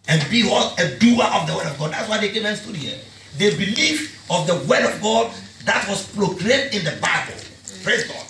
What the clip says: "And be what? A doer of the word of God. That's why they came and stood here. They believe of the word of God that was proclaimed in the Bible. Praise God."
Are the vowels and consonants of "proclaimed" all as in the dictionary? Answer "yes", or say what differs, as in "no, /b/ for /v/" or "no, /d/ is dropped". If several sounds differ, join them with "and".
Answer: no, /m/ is dropped